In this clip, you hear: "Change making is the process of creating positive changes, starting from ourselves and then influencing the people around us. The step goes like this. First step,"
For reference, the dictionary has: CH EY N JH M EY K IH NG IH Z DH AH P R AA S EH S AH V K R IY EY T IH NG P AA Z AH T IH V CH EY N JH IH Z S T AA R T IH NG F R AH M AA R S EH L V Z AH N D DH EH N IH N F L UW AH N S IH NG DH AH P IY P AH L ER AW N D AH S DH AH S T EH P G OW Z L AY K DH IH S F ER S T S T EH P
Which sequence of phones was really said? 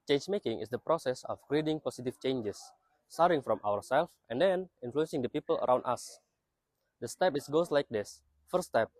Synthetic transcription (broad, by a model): CH EY N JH M EY K IH NG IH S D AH P R AA S EH S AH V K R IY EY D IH NG P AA S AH T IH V CH EY N JH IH S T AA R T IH NG F R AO M AA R S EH L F AH N D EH N IH N F L UW AH N S IH NG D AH P IY P AH L ER AW N D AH S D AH S T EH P G OW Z L AY K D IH S F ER T S T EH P